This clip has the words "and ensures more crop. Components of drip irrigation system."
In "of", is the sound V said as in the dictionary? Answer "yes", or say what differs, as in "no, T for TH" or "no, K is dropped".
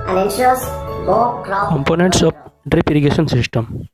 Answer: no, P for V